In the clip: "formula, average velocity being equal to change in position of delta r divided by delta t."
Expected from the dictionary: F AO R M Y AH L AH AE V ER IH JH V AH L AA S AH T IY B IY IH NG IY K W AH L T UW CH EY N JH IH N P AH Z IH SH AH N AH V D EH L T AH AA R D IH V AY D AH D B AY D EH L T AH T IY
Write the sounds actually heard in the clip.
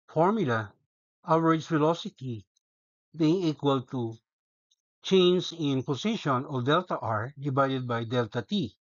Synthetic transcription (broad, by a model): F AO R M Y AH L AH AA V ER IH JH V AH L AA S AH T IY B IY IH NG IY K W AH L T UW CH EY N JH IH N P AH S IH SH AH N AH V D EH L T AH AA R D IH V AY D AH D B AY D EH L T AH T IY